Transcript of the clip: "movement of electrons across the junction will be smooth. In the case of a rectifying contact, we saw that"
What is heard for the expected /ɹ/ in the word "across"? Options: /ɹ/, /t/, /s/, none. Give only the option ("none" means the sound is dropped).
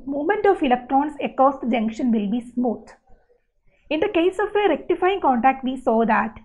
none